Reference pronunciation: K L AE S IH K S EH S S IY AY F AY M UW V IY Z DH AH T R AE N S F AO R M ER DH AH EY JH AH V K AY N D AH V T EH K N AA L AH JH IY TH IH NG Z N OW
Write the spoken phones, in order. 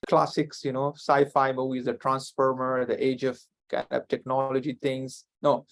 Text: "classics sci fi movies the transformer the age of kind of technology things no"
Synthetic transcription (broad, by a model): K L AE S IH K S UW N S AY F AY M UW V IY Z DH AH T R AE N S F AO R M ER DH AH EY JH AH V K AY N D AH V T EH K N AA L AH JH IY T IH NG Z N OW